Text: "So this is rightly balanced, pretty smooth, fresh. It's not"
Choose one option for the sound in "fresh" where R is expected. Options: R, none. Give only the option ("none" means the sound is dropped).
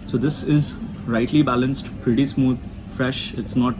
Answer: R